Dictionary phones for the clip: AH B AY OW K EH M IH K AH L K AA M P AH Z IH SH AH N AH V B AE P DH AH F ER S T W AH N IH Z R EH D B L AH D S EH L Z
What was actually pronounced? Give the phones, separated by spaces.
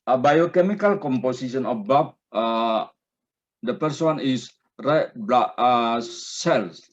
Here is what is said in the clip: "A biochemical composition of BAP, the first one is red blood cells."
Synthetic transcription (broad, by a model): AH B AY OW K EH M IH K AH L K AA M P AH S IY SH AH N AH B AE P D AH P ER S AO N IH S R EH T B L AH S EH L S